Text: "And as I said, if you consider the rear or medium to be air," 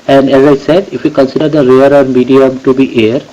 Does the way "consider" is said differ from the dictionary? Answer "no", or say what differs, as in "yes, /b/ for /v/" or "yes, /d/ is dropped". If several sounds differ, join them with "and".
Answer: no